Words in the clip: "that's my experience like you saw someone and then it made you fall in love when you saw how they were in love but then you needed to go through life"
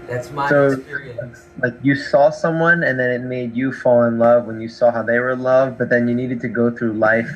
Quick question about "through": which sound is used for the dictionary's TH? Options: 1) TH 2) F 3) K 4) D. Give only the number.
1